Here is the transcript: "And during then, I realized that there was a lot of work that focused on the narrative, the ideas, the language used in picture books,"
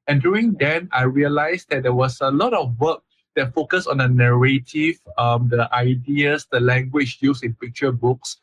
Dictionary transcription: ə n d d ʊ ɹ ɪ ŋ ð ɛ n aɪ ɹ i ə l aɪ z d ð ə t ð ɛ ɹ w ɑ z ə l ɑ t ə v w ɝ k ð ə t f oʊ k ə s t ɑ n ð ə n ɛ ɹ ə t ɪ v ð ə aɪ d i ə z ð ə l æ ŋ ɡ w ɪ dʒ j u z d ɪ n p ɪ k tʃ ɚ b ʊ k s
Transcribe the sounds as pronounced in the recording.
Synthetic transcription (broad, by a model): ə n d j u ɹ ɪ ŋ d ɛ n aɪ ɹ i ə l aɪ s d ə t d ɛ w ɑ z ə l ɑ t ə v w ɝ k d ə t f oʊ k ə s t ɑ n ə n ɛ ɹ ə t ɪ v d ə aɪ d i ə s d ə l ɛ ŋ ɡ w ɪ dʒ j u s ɪ n p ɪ k tʃ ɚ b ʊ k s